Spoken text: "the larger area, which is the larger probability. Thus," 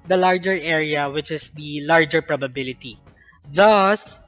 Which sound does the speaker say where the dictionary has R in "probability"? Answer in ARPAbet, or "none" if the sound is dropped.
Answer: R